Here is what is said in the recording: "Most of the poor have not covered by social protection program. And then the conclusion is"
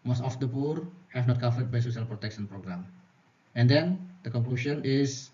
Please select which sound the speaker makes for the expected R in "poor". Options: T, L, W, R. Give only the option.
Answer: R